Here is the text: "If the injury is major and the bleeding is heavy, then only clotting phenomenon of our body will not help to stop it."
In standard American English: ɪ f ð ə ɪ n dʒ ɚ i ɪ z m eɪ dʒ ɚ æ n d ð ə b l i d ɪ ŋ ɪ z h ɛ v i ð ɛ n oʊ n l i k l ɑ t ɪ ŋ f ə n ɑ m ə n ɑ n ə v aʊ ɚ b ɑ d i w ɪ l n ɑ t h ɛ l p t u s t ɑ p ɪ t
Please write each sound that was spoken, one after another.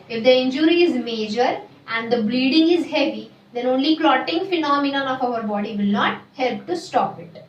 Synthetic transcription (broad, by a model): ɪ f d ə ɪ n dʒ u i ɪ z m eɪ dʒ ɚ æ n d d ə b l i d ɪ ŋ ɪ z h ɛ v i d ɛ n oʊ n l i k l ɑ t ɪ ŋ f ə n ɑ m ə n ɑ n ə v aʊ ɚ b ɑ d i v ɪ l n ɑ t h ɛ l p t u s t ɑ p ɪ t